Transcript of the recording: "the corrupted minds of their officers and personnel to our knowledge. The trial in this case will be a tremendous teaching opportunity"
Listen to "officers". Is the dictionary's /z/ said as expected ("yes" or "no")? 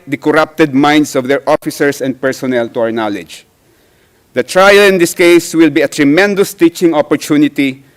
no